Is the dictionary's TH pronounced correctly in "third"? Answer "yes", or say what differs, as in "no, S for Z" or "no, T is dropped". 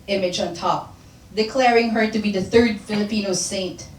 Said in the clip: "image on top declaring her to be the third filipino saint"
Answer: yes